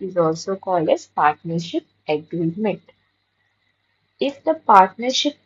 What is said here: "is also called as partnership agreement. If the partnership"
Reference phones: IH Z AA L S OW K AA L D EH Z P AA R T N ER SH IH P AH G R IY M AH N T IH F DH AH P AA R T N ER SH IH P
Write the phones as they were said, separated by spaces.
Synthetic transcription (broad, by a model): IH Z AA L S OW K AA L D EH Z P AA R T N ER SH IH P AH G R IY M AH N T IH F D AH P AA R T N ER SH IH P